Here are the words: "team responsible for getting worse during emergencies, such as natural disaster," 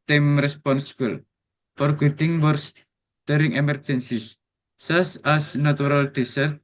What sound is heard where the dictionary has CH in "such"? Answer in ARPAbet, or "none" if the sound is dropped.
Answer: S